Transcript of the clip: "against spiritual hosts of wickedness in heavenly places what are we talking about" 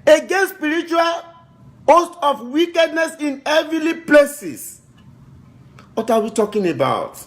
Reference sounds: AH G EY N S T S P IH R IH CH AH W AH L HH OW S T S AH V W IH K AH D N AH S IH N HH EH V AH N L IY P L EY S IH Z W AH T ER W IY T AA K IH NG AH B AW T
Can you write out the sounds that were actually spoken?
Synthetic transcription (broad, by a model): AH G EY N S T S P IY R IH CH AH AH L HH OW S T AH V W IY K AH D N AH S IH N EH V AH L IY P L EY S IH S W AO T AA W IY T AA K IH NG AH B AW T